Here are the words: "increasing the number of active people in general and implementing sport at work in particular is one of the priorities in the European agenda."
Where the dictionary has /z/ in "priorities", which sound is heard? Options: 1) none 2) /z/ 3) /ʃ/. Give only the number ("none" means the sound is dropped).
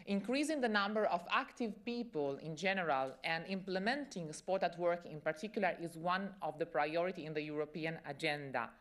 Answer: 1